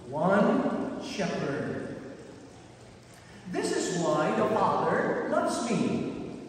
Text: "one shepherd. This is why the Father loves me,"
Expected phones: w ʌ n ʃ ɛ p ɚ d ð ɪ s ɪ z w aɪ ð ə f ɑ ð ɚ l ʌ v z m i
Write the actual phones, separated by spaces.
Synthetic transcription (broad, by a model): w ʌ n ʃ ɛ p ɚ d ð ɪ s ɪ z w aɪ ð ə f ɑ ð ɚ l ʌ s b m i